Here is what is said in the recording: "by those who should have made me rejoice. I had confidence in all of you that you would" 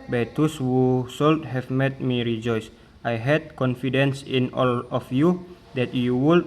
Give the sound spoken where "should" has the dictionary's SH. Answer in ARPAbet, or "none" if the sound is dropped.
S